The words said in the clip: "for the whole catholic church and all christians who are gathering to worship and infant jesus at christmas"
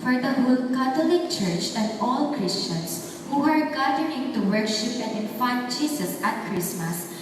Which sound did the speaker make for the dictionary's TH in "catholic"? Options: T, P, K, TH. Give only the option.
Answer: T